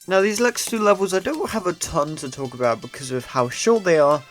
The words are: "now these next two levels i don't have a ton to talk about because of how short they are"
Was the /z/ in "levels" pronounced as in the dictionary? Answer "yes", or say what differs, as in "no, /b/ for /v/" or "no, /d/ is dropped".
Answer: yes